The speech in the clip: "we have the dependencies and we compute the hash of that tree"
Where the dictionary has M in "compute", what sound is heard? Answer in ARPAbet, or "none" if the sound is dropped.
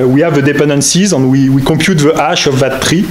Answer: none